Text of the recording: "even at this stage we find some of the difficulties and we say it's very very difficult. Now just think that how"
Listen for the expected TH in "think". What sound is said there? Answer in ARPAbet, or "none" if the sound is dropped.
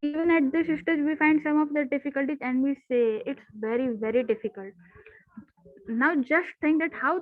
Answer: T